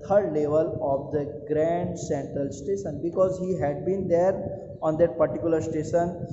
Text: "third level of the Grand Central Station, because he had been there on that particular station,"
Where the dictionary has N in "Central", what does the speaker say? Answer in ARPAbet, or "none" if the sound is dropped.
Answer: N